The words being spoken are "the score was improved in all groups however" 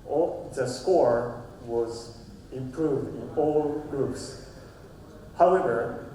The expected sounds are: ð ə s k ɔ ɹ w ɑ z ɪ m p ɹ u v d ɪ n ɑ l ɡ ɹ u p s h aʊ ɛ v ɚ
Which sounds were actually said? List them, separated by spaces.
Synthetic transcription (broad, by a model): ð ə s k ɔ ɹ w ɑ z ɪ m p ɹ u v d ɪ n ɑ l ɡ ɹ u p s h aʊ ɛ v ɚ